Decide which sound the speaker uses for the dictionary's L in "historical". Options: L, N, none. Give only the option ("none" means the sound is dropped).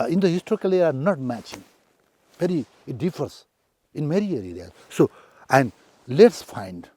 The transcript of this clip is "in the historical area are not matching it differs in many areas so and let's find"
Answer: L